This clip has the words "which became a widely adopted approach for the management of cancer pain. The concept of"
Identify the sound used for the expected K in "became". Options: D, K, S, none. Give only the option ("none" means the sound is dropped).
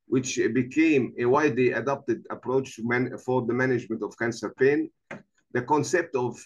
K